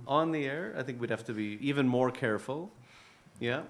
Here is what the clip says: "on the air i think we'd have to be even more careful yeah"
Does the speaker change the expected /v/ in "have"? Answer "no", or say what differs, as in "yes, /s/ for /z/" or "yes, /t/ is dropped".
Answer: yes, /f/ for /v/